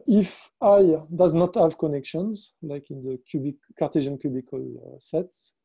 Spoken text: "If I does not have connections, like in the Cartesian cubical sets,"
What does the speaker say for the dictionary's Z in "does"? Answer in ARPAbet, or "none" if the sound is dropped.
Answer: Z